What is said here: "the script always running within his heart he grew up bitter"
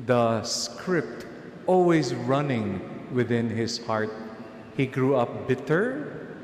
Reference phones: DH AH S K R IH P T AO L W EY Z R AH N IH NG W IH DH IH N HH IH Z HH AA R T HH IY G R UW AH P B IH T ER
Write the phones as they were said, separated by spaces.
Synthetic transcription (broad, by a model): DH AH S K R IH P T AO L W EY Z R AH N IH NG W IH DH IH N HH IH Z HH AA R T HH IY G R UW AH P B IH T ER